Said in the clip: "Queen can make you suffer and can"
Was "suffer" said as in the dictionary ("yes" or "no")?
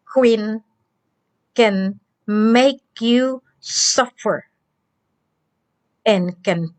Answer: yes